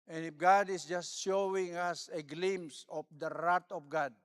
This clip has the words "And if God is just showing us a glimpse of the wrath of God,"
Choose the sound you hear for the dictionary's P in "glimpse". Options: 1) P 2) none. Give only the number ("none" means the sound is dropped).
2